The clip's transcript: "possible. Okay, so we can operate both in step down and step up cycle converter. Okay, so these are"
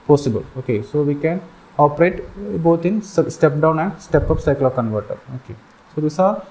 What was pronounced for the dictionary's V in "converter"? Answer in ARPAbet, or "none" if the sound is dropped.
V